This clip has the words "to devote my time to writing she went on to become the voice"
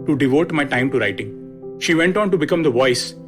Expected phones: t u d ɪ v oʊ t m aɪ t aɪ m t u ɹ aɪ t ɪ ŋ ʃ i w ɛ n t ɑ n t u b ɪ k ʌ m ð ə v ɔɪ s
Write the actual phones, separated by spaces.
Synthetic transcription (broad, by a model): t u d ɪ v oʊ t m aɪ t aɪ m t u ɹ aɪ t ɪ ŋ ʃ i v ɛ n t ɑ n t u b ɪ k ʌ m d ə v ɔɪ s